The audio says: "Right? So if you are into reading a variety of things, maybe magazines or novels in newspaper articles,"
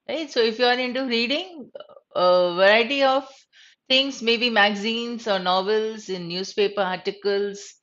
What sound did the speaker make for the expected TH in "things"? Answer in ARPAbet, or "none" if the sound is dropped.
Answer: T